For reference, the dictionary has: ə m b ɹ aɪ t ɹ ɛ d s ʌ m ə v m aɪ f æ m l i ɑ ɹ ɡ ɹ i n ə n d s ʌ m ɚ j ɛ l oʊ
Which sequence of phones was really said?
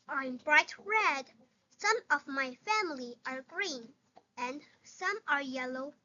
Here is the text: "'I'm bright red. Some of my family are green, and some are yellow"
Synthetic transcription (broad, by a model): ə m b ɹ aɪ t ɹ ɛ d s ʌ m ə v m aɪ f æ m l i ɑ ɹ ɡ ɹ i n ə n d s ʌ m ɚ j ɛ l oʊ